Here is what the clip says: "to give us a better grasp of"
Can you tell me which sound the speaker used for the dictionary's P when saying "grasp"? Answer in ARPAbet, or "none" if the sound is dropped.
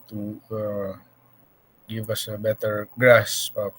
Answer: none